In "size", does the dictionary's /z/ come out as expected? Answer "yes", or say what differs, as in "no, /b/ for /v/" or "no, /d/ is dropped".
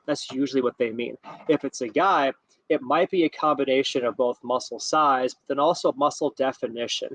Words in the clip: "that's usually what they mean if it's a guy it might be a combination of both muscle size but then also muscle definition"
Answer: yes